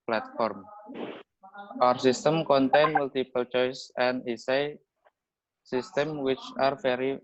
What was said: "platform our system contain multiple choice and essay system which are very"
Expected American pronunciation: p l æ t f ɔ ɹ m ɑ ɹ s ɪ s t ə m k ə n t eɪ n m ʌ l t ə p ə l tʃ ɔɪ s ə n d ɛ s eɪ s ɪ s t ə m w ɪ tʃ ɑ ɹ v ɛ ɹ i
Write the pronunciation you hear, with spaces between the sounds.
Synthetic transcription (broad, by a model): p l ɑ t f ɔ ɹ m ɑ ɹ s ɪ s t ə m k ə n t eɪ n m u l t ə p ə l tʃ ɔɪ s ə n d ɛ s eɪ s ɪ s t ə m w ɪ tʃ ɑ ɹ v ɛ ɹ i